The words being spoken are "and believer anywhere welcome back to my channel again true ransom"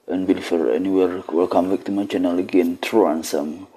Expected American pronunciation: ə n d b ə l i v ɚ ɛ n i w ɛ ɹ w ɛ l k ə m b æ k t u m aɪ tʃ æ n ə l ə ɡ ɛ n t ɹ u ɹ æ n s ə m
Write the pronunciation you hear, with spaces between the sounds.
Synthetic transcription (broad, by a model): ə n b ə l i f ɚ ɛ n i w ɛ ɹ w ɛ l k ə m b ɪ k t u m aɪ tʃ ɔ n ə l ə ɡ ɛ n t ɹ u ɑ n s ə m